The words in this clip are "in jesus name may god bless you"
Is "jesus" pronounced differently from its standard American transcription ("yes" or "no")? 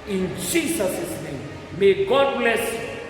yes